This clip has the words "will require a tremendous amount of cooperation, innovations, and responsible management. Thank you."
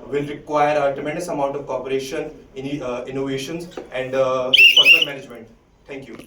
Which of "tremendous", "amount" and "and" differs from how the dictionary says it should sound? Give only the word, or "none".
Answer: tremendous